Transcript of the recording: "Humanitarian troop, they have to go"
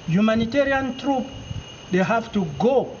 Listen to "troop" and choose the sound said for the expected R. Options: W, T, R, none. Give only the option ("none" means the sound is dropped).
R